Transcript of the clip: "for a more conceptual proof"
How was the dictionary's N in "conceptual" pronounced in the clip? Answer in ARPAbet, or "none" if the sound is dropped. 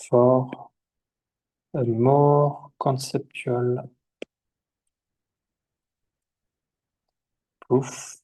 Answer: none